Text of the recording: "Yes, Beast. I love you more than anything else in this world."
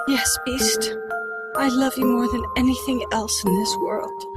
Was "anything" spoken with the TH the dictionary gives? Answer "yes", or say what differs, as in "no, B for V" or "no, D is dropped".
yes